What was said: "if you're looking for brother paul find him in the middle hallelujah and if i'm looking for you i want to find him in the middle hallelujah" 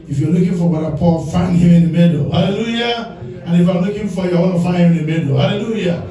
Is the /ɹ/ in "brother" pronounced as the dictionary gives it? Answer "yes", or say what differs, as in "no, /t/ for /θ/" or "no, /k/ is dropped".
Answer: no, /ɹ/ is dropped